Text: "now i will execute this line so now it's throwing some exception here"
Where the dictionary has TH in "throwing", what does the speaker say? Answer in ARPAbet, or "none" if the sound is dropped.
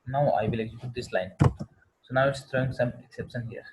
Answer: T